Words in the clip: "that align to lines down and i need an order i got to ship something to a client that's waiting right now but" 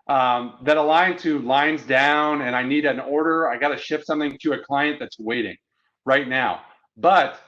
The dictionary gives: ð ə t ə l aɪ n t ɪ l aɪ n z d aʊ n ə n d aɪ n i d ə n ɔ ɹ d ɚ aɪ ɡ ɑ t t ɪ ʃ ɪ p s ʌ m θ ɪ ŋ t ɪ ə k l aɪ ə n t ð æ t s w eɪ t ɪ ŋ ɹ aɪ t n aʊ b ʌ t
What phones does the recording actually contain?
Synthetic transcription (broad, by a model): ð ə t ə l aɪ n t ɪ l aɪ n z d aʊ n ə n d aɪ n i d ə n ɔ ɹ d ɚ aɪ ɡ ɑ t t ɪ ʃ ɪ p s ʌ m θ ɪ ŋ t ɪ ə k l aɪ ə n ð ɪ t s w eɪ t ɪ ŋ ɹ aɪ t n aʊ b ʌ t